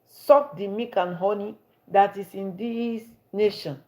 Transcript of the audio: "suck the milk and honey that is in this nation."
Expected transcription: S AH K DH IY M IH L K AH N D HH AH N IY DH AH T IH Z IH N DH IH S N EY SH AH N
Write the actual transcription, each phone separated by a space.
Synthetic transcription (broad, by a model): S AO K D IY M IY K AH N HH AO N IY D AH T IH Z IH N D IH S N EY SH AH N